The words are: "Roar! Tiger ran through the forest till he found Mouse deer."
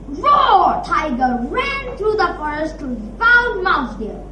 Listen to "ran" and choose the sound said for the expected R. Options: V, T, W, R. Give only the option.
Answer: R